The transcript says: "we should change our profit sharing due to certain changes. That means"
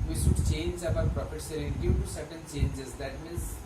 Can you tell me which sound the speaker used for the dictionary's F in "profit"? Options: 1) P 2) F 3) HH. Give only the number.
1